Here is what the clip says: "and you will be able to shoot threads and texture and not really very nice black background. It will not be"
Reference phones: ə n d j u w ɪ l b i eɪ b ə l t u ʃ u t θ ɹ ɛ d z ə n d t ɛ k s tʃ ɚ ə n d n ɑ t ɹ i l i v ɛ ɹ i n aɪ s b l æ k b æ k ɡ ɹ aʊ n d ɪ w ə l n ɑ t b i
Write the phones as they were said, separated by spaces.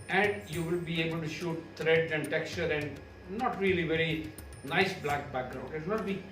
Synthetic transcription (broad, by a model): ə n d j u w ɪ l b i eɪ b ə l t u ʃ u t t ɹ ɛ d ə n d t ɛ k s tʃ ɚ ə n d n ɑ t ɹ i l i v ɛ ɹ i n aɪ s b l æ k b æ k ɡ ɹ aʊ n d ɪ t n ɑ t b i